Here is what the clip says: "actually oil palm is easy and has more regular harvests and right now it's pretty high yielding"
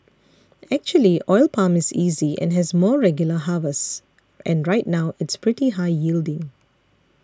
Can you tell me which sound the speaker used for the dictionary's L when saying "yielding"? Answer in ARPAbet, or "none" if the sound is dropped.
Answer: L